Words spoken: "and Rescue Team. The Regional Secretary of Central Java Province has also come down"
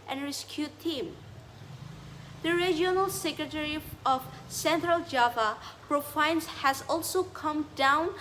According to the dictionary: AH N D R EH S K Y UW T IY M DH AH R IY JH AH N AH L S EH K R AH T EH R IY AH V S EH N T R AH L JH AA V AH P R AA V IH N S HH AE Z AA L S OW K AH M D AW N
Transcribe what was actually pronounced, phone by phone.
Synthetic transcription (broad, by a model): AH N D R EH S K Y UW T IY M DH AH R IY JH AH N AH L S EH K R AH T EH R IY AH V S EH N T R AH L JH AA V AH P R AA F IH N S HH AE Z AA L S OW K AH M D AW N